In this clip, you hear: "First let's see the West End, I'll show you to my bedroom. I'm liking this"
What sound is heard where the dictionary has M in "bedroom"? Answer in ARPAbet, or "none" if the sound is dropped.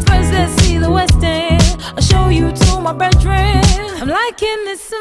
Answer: none